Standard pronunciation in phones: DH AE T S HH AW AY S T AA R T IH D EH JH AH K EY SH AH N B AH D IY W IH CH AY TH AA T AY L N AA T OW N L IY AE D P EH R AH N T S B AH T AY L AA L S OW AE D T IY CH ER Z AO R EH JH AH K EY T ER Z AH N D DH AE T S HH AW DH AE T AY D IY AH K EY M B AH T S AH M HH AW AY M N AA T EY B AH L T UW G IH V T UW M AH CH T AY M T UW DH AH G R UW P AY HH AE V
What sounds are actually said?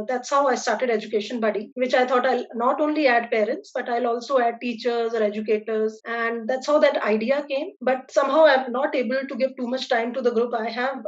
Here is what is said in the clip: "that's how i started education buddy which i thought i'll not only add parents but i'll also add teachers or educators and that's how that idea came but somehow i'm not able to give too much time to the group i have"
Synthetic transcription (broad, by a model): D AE T S HH AW AY S T AA R T IH D EH JH AH K EY SH AH N B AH D IY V IH CH AY T AA T AY L N AA T OW N L IY AE D P EH R AH N T S B AH T AY L AA L S OW AE D T IY CH ER Z AO R EH JH AH K EY T ER Z AH N D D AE T S HH AW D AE T AY D IY AH K EY M B AH T S AH M HH AW AY M N AA T EY B AH L T UW G IH V T UW M AH CH T AY M T UW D AH G R UW P AY HH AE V